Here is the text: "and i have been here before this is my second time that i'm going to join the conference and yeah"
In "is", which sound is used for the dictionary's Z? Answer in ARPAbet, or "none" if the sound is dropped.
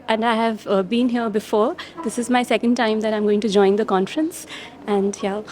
Z